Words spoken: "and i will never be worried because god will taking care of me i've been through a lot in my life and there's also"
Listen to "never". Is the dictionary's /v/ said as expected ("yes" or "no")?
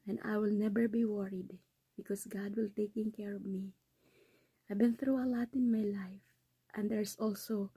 no